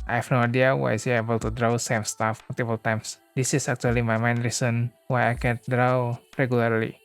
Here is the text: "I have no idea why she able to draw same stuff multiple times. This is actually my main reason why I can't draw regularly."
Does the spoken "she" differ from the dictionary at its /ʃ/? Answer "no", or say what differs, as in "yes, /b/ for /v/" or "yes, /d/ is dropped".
yes, /s/ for /ʃ/